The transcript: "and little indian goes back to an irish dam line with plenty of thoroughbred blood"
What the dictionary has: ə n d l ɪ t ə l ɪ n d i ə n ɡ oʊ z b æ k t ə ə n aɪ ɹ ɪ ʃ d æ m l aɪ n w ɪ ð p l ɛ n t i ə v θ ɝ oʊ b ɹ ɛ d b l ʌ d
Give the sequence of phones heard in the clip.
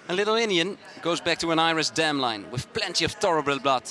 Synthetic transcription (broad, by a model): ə l ɪ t l ɪ n d i ə n ɡ oʊ z b æ k t ə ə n aɪ ɹ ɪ s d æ m l aɪ n w ɪ ð p l ɛ n t i ə v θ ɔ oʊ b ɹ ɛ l b l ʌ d